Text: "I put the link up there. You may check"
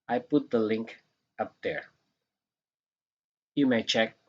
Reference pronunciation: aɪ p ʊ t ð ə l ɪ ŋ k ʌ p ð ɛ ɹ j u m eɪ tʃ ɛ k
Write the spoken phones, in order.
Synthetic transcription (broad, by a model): aɪ p ʊ t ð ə l ɪ ŋ k ʌ p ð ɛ ɹ j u m eɪ tʃ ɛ k